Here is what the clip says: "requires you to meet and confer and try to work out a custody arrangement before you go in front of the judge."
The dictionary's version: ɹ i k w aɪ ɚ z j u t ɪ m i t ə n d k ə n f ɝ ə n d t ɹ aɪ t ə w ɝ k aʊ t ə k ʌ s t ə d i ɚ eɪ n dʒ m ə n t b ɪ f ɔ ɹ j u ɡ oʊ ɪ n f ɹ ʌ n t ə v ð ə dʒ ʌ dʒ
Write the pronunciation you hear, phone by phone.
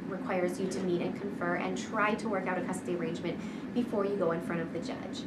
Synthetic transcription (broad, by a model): ɹ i k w aɪ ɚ z j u t ɪ m i t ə n k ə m f ɝ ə n t ɹ aɪ t ə w ɝ k aʊ t ə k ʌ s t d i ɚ eɪ n dʒ m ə n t b ɪ f ɔ ɹ j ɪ ɡ oʊ ɪ n f ɹ ʌ t ə v ð ə dʒ ʌ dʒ